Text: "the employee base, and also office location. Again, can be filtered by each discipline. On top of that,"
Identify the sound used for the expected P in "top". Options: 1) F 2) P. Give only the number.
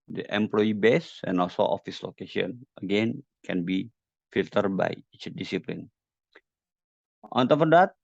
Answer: 1